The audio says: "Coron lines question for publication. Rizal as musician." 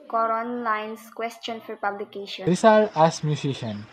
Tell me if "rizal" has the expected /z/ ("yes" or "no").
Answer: no